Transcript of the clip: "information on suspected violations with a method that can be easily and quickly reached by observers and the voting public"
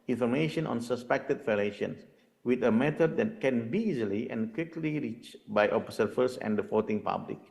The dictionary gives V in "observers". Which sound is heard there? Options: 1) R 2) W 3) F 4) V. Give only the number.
3